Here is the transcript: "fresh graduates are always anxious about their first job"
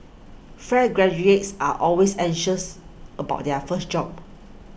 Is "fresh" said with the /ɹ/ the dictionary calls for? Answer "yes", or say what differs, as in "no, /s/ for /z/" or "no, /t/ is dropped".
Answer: no, /ɹ/ is dropped